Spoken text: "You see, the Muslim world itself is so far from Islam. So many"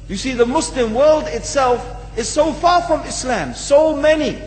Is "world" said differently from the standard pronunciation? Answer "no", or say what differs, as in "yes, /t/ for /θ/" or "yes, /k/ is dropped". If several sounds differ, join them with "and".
no